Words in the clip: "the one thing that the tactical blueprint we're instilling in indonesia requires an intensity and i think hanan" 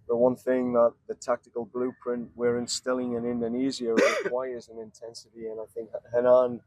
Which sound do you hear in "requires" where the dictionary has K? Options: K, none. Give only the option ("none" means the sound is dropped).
none